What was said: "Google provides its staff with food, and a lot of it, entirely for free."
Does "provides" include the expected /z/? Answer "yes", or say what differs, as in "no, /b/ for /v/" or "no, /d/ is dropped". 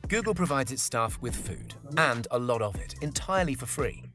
yes